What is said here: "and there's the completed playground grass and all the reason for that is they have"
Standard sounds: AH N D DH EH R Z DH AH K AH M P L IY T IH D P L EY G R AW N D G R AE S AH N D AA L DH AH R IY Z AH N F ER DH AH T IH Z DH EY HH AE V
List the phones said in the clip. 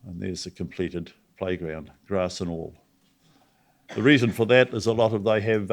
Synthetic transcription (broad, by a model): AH N DH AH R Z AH K AH M P L IY T IH D P L EY G R AW N D G R AE S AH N AA L DH AH R IY Z AH N F ER DH AH T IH Z DH EY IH V